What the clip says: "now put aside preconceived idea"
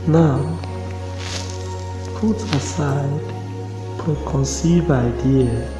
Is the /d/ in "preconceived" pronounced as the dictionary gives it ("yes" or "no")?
no